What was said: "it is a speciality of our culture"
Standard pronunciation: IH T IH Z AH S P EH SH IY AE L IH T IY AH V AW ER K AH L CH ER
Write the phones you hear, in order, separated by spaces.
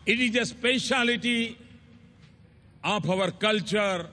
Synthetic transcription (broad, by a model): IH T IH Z AH S P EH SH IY L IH T IY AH P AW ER K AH L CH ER